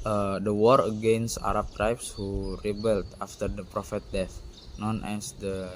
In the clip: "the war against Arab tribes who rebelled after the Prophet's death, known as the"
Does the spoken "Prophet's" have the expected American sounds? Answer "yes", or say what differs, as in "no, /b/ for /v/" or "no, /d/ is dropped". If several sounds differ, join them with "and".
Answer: no, /s/ is dropped